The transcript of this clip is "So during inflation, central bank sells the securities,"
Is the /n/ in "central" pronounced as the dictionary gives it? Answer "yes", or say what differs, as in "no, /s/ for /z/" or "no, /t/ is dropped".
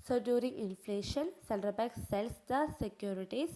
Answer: no, /l/ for /n/